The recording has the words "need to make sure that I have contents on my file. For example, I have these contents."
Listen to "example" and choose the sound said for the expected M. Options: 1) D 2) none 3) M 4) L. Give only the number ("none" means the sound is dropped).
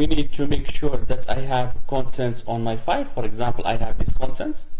3